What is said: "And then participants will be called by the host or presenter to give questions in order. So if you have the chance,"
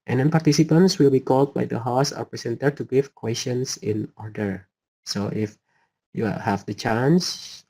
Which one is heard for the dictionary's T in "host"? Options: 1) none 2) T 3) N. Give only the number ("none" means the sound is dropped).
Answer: 1